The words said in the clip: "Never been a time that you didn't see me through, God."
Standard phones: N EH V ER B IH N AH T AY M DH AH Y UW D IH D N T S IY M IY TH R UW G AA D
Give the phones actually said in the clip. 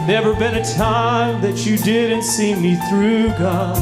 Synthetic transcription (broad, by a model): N EH V ER B IH N AH T AY M DH AH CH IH D IH D N T S IY M IY TH R UW G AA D